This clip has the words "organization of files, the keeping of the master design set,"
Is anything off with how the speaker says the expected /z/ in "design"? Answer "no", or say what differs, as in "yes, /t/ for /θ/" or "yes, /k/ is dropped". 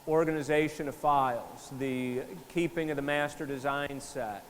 no